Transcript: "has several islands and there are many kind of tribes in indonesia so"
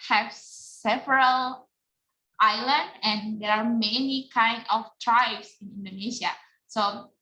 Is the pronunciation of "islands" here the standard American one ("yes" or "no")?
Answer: no